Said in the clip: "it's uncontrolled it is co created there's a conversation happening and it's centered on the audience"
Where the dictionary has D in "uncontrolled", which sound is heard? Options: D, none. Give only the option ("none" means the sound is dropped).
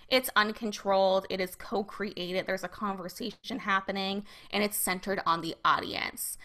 D